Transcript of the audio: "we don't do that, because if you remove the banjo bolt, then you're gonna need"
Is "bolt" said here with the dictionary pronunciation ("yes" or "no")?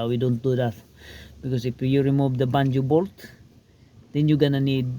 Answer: yes